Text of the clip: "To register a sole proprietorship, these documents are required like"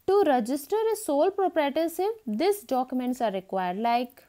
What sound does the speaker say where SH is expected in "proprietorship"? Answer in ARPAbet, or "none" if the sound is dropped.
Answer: S